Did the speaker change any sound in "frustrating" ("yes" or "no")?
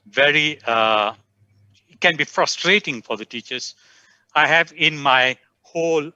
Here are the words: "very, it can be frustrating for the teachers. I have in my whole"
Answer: no